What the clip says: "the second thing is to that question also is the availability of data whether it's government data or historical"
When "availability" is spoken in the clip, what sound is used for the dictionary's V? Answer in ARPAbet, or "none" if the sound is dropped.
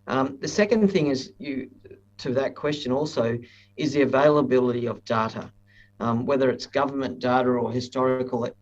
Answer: V